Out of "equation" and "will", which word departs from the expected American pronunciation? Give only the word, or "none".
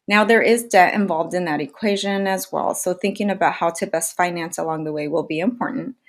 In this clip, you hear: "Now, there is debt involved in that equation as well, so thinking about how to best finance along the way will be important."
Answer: none